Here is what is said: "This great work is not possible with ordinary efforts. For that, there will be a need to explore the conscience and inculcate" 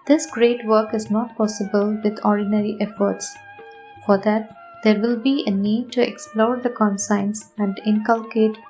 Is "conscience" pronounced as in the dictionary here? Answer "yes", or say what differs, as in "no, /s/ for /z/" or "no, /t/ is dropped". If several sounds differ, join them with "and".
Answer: no, /s/ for /ʃ/